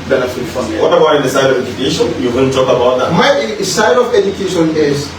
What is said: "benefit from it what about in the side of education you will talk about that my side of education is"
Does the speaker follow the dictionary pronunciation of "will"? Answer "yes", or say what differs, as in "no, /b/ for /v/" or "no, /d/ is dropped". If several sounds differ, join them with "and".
no, /n/ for /l/